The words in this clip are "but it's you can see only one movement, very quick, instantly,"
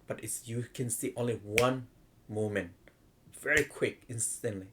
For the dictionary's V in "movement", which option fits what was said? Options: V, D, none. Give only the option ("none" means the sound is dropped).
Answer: none